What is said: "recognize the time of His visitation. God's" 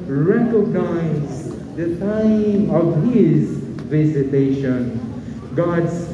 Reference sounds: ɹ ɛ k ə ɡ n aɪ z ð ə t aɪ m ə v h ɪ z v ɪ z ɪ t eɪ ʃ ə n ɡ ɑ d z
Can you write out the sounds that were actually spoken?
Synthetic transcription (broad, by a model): ɹ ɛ k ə ɡ n aɪ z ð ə t aɪ m ə v h ɪ z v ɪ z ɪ t eɪ ʃ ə n ɡ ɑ d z